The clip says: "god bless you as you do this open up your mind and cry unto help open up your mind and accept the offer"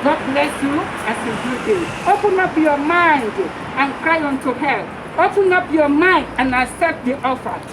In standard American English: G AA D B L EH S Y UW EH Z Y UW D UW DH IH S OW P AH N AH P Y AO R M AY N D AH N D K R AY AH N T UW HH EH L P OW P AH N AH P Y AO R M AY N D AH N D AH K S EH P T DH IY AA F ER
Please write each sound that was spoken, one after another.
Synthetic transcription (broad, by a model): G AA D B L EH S Y UW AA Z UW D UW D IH OW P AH N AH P Y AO M AY N D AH N K R AY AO N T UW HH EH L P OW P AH N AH P Y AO M AY N D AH N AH S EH T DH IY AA F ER